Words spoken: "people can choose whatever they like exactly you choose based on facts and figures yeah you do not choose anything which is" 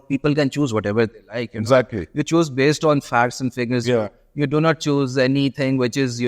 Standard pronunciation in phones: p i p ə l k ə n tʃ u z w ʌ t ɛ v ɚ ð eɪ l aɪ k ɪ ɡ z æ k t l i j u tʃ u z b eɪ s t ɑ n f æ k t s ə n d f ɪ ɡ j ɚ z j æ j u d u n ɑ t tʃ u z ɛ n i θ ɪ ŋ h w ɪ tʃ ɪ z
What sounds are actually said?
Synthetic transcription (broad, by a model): p i p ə l k ə n tʃ u z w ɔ t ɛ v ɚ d eɪ l aɪ k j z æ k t l i j u tʃ u z b eɪ s t ɑ n f æ k t s ə n d f ɪ ɡ ɚ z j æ j u d u n ɑ t tʃ u z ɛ n i t ɪ ŋ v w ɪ tʃ ɪ z